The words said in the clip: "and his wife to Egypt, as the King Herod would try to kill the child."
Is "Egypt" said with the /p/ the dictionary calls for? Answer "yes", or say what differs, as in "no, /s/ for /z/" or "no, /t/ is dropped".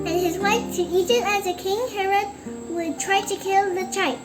no, /p/ is dropped